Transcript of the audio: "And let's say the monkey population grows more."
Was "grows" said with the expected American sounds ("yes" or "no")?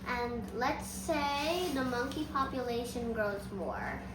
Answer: yes